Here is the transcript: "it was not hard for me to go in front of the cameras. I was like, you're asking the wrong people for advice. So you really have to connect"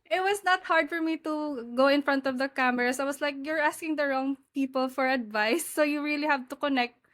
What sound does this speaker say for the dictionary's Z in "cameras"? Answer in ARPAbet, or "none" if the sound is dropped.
S